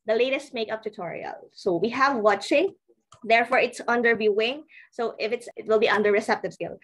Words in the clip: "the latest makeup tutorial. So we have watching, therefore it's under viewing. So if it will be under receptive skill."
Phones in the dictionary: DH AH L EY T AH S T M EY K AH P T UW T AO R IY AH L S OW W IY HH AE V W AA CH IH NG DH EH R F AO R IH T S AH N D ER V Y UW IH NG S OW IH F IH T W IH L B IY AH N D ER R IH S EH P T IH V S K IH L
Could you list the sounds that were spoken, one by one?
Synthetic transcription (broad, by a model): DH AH L EY T AH S T M EY K AH P T UW T AO R IY AH L S OW W IY HH AE V W AA CH IH NG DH EH R F AO R IH T S AH N D ER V Y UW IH NG S OW IH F IH T W IH L B IY AH N D ER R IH S EH P T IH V S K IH L